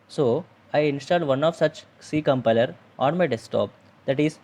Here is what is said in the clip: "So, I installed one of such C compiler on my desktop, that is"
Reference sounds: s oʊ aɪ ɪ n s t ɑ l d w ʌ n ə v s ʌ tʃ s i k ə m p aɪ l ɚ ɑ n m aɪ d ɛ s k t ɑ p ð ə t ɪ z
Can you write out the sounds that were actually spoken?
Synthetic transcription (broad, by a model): s oʊ aɪ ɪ n s t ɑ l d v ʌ n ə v s ʌ tʃ s i k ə m p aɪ l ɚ ɑ n m aɪ d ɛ s t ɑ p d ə t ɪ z